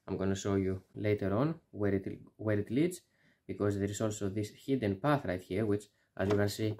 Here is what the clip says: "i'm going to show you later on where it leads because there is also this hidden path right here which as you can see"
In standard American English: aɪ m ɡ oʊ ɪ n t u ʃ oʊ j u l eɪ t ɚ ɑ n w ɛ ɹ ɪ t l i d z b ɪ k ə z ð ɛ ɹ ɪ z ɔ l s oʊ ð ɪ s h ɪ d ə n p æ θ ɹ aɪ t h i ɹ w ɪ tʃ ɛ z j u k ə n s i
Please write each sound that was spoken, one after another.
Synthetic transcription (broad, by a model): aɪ m ɡ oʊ n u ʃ oʊ j u l eɪ t ɚ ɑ n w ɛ ɹ ɪ t l i d z b ɪ k ə z ð ɛ ɹ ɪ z ɔ l s oʊ ð ɪ s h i d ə n p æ θ ɹ aɪ t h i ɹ w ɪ tʃ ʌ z j u k ə n s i